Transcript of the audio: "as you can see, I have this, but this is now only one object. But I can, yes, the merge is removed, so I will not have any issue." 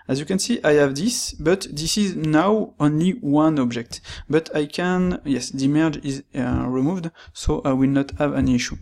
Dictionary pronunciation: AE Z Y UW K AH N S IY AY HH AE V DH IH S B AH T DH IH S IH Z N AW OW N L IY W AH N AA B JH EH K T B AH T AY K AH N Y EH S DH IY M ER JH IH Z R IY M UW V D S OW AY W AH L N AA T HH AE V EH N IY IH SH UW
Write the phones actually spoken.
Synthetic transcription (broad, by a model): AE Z Y UW K AH N S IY AY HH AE V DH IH S B AH T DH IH S IH Z N AW OW N L IY W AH N AA B JH EH K T B AH T AY K AH N Y EH S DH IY M ER JH IH Z R IY M UW V D S OW AY W AH L N AA T HH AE V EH N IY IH SH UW